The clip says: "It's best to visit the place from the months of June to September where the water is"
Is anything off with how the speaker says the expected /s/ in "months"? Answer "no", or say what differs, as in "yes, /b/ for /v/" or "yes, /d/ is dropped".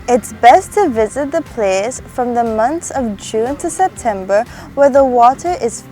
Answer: yes, /s/ is dropped